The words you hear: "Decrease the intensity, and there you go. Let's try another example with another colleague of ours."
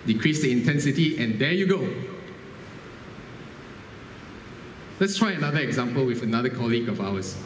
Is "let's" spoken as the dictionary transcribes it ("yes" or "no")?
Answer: yes